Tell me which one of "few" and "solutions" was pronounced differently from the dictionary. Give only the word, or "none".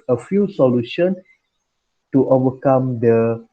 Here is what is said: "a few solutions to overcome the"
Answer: solutions